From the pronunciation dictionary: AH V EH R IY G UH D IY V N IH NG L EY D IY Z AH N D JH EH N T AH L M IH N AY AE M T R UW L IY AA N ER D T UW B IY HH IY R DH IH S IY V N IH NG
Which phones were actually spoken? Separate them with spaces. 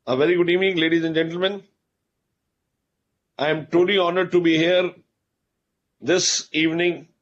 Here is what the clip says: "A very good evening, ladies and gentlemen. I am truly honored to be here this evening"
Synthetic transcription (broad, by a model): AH V EH R IY G UH D IY V N IH NG L EY D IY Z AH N JH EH N T L M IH N AY M T UW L IY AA N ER D T UW B IY HH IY R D IH S IY V N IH NG